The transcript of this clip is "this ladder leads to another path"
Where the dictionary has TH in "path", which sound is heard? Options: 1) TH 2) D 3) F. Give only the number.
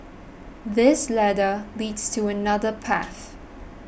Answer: 1